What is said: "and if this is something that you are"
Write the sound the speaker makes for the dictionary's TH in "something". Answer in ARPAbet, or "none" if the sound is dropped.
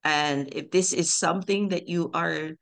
TH